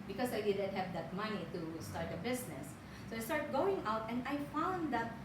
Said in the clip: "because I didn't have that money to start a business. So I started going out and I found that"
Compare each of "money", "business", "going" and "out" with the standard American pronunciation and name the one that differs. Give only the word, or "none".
business